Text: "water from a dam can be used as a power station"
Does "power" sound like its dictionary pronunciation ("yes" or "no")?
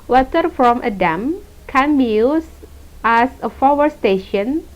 no